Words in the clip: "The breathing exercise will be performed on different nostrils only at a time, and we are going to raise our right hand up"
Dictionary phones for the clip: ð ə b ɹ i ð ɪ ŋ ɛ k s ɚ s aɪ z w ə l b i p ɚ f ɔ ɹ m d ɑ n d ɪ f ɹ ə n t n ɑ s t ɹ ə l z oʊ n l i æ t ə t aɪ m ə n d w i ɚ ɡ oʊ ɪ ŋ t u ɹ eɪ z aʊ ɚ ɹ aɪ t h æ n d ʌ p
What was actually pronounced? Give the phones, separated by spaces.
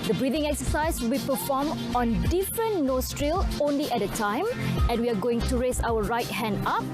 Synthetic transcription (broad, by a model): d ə b ɹ i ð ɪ ŋ ɛ k s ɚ s aɪ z w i p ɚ f ɔ m ɑ n d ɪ f ɹ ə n n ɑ s t ɹ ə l oʊ n l i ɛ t ə t aɪ m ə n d w i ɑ ɡ oʊ ɪ ŋ t u ɹ eɪ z aʊ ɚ ɹ aɪ t h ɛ n d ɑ p